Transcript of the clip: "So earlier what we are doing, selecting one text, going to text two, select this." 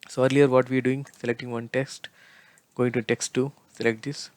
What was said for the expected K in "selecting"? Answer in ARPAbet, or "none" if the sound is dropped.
K